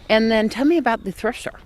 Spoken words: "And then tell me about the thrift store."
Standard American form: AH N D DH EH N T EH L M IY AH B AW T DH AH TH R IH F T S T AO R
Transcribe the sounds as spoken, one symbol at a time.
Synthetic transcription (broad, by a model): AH N DH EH N T EH L M IY AH B AW T DH AH TH R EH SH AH R